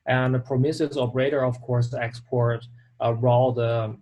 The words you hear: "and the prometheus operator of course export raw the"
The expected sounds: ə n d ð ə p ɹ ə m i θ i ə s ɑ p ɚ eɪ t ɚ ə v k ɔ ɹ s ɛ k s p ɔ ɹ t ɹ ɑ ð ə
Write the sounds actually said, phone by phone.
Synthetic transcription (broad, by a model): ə n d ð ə p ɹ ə m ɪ s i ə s ɑ p ɚ eɪ t ɚ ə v k ɔ ɹ s ɛ k s p ɔ ɹ t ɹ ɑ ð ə